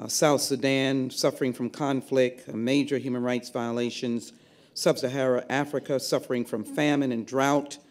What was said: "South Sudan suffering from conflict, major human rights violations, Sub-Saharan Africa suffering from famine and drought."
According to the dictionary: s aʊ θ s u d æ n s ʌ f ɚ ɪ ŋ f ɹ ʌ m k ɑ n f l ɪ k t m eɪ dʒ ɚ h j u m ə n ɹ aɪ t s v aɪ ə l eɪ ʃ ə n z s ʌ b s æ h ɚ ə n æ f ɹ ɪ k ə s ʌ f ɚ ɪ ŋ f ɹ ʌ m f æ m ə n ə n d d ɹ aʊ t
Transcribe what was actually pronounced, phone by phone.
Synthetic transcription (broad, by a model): s aʊ θ s u d æ n s ʌ f ɚ ɪ ŋ f ɹ ʌ m k ɑ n f l ɪ k t m eɪ dʒ ɚ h j u m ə n ɹ aɪ t s v aɪ ə l eɪ ʃ ə n z s ʌ b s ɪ h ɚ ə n æ f ɹ ɪ k ə s ʌ f ɚ ɪ ŋ f ɹ ʌ m f æ m ə n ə n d d ɹ aʊ t